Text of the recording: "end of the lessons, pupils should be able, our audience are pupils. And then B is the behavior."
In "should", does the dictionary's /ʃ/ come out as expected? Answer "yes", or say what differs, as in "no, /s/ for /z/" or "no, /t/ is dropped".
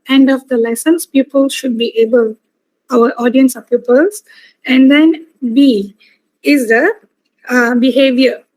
yes